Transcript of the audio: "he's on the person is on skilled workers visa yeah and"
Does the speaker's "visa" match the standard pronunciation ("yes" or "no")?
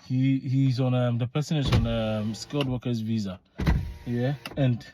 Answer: yes